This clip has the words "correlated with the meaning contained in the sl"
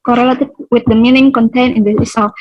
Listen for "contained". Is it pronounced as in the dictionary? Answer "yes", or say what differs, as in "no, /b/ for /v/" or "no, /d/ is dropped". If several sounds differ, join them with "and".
no, /d/ is dropped